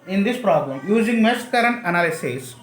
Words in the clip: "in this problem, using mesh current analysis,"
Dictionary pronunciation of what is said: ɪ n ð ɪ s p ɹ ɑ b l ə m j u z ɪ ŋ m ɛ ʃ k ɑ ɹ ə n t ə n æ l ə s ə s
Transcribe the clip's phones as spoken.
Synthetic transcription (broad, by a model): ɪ n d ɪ s p ɹ ɑ b l ə m j u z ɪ ŋ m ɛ s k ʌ ɹ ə n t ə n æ l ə s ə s